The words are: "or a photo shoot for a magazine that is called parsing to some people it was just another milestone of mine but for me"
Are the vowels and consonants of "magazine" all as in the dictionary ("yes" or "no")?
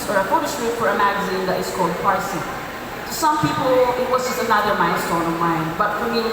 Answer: yes